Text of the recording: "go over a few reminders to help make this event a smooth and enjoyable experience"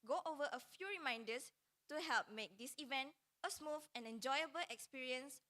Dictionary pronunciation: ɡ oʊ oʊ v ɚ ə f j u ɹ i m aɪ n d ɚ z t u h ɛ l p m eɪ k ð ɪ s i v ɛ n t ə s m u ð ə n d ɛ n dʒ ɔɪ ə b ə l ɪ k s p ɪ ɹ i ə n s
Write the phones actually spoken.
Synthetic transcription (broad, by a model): ɡ oʊ oʊ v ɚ ə f j u ɹ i m aɪ n d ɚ s t u h ɛ l p m eɪ k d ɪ s i v ɛ n t ə s m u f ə n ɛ n dʒ ɔɪ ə b ə l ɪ k s p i ɹ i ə n s